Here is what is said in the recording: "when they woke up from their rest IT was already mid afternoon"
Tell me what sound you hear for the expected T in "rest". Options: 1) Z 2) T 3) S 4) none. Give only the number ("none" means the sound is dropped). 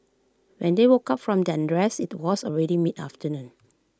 4